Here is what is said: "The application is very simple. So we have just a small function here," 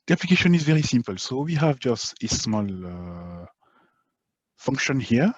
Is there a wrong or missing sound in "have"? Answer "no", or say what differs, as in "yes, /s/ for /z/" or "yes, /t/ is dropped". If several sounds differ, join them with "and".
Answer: no